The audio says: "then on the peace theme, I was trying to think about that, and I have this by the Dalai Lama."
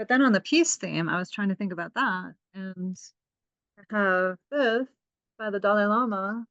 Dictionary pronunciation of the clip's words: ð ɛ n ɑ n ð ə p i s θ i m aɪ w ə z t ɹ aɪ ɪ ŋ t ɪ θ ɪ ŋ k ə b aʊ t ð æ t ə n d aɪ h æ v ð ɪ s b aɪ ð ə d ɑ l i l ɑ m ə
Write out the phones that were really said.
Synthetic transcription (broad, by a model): ð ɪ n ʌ n ð ə p i s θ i m aɪ w ə z t ɹ aɪ ɪ ŋ t ɪ θ ɪ ŋ k ə b aʊ t ð æ t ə n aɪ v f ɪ θ b aɪ ð ə d ɑ l i l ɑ m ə